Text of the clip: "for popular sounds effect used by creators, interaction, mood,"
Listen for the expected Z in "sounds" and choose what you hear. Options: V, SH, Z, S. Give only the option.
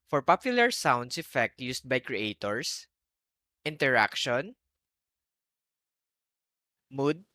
S